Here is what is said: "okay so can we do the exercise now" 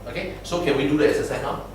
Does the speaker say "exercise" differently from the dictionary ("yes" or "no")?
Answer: yes